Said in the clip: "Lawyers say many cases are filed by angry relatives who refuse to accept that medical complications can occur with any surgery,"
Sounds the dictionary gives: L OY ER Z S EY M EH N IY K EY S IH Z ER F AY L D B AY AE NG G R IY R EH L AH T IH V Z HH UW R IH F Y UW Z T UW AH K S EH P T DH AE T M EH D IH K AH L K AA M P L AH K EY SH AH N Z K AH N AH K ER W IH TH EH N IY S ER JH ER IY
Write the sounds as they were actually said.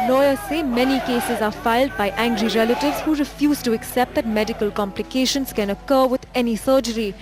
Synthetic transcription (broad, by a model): L OY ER S EY M EH N IY K EY S IH Z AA F AY L D B AY AE NG G R IY R EH L AH T IH V Z HH UW R IH F Y UW Z T UW AH K S EH P T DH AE T M EH D IH K AH L K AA M P L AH K EY SH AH N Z K AH N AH K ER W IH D EH N IY S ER JH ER IY